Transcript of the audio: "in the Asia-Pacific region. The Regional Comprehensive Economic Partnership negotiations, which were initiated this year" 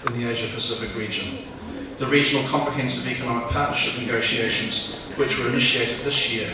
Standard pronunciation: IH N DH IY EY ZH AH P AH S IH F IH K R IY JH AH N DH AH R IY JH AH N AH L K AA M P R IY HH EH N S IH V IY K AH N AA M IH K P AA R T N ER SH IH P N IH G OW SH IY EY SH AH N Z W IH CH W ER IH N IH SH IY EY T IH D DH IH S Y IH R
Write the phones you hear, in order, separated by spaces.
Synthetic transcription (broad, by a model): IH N DH IY EY ZH AH P AH S IH F IH K R IY JH AH N DH AH R IY JH AH N AH L K AA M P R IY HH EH N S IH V IY K AH N AA M IH K P AA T N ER SH IH P N IH G OW SH IY EY SH AH N Z W IH CH W ER IH N IH SH IY EY T IH D DH IH S Y IH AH